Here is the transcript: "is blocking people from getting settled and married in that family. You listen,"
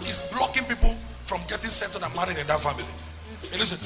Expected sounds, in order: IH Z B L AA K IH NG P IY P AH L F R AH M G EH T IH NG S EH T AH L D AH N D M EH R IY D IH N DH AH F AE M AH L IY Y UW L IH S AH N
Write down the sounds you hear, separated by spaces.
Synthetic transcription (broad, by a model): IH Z B L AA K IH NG P IY P AH L F R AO M G EH T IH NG S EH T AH D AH N M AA R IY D IH N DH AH F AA M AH L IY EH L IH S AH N